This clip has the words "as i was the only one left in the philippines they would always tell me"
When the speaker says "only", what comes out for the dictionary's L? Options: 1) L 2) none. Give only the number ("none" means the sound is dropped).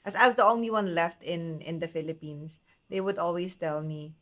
1